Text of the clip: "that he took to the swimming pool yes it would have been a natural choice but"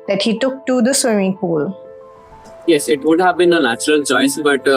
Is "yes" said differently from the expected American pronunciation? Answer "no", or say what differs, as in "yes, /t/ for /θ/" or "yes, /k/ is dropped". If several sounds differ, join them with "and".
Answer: no